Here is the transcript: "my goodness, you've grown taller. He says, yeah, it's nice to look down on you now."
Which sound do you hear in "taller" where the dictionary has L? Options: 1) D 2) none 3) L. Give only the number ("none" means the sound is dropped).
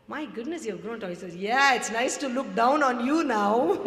2